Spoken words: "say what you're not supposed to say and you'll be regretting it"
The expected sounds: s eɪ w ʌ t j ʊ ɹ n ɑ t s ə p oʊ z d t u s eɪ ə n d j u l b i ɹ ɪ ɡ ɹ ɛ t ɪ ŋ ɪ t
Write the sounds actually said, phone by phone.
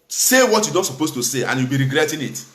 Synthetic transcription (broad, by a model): s eɪ w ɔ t j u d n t s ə p oʊ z t u s eɪ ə n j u w b i ɹ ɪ ɡ ɹ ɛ t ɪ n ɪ t